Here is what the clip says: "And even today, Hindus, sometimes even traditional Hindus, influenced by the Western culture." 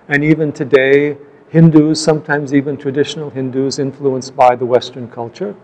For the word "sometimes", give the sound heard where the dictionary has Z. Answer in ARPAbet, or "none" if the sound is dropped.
Z